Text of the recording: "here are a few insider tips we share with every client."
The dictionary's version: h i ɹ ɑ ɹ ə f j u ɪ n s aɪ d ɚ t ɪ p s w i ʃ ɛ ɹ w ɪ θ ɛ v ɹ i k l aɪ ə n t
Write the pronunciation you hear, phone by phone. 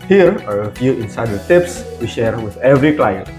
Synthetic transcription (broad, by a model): h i ɹ ɑ ɹ ə f j u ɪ n s aɪ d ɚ t ɪ p s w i ʃ ɛ ɹ w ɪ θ ɛ v ɹ i k l aɪ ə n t